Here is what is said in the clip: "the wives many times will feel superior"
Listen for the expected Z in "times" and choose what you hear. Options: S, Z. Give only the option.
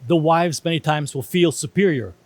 Z